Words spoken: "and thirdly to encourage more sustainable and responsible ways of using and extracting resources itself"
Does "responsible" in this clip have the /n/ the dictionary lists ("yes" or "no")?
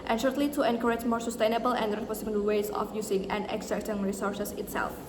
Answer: no